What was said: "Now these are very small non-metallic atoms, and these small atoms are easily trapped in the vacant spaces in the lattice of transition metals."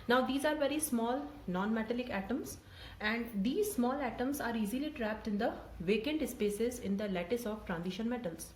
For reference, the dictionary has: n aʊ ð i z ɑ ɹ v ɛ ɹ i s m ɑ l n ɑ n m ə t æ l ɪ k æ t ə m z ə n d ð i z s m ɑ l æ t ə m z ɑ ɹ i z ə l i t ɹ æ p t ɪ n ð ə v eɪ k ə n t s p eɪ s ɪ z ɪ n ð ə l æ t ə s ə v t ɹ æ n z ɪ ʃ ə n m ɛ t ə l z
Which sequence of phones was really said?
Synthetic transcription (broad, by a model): n aʊ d i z ɑ ɹ v ɛ ɹ i s m ɑ l n ɑ n m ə t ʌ l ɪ k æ t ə m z ə n d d i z s m ɑ l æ t ə m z ɑ ɹ i z ə l i t ɹ æ p t ɪ n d ə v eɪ k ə n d s p eɪ s ɪ z ɪ n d ə l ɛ t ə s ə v t ɹ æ n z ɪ ʃ ə n m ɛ t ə l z